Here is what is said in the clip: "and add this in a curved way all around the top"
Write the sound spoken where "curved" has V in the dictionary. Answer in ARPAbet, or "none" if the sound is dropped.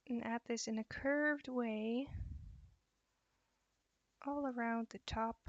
V